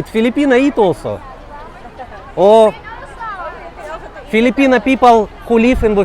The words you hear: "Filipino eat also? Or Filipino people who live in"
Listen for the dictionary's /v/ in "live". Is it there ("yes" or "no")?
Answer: no